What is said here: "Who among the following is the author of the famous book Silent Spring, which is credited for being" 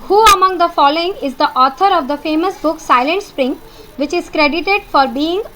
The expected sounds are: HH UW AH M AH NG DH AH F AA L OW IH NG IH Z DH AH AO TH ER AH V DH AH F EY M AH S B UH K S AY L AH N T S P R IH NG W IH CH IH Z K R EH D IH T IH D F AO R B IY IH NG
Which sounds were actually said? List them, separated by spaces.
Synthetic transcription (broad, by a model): HH UW AH M AH NG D AH F AA L OW IH NG IH Z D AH AO T ER AH V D AH F EY M AH S B UH K S AY L AH N T S P R IH NG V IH CH IH Z K R EH D IH T IH D F AO R B IY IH NG